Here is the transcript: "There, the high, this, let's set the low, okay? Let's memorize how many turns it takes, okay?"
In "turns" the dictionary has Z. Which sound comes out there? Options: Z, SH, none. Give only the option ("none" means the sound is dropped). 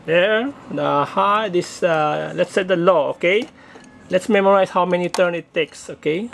none